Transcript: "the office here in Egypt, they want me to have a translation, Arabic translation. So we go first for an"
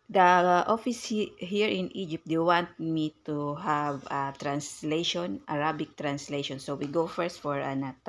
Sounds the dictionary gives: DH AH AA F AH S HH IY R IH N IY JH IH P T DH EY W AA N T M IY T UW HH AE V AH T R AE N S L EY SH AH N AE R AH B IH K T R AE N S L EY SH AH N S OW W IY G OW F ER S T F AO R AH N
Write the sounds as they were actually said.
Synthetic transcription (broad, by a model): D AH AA F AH S HH IY R IH N IY JH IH P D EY W AA N T M IY T UW HH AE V AH T R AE N S L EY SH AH N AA R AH B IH K T R AE N S L EY SH AH N S OW W IY G OW F ER S T F AO R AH N